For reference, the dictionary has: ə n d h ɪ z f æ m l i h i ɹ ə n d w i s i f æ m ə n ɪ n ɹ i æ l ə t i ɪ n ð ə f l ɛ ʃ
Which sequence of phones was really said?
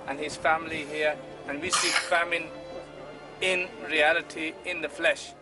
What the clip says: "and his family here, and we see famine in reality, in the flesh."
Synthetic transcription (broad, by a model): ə n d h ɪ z f æ m l i h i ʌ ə n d w i s i f æ m ə n ɪ n ɹ i æ l ə t i ɪ n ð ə f l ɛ ʃ